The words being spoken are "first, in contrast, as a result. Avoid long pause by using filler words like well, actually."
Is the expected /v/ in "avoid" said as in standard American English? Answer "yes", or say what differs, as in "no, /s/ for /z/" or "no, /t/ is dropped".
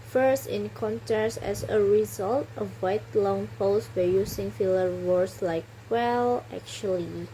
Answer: no, /w/ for /v/